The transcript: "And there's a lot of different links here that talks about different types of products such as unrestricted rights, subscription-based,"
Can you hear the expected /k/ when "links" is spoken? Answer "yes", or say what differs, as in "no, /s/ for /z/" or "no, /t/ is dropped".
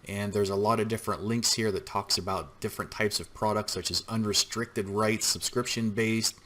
yes